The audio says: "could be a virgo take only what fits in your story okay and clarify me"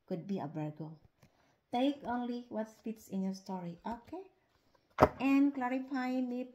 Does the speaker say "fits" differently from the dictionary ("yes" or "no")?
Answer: yes